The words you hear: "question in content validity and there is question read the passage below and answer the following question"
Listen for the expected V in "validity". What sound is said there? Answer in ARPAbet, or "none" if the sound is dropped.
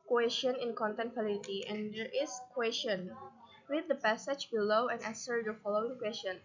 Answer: F